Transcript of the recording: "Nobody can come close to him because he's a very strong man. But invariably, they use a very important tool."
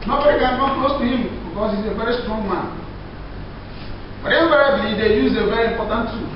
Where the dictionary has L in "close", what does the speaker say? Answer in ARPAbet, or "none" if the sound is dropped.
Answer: none